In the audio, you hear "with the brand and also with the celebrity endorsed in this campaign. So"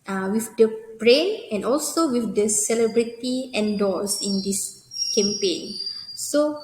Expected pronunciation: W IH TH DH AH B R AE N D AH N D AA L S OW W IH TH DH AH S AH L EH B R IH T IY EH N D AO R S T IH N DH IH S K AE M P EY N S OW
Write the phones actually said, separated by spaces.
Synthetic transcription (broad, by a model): W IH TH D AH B R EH N AH N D AA L S OW W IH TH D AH S AH L EH B R IH T IY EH N D AO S IH N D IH S K AE M P EY N S OW